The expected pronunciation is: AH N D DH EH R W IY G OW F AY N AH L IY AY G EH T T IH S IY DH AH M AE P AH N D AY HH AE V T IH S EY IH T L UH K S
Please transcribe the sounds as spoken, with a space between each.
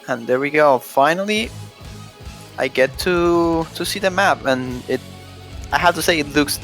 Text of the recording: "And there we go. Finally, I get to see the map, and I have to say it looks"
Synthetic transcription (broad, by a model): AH N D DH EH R W IY G OW F AY N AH L IY AY G EH T T IH S IY DH AH M AE P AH N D AY HH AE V T IH S EY IH T L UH K S